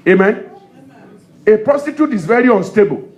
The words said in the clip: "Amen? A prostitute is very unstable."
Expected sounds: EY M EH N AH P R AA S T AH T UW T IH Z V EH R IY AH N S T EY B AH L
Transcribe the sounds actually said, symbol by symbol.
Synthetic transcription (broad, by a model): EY M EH N AH P AA S T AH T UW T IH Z V EH R IY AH N S T EY B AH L